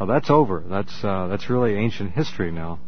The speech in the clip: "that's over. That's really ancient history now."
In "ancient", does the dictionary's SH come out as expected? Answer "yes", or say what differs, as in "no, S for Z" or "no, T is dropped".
yes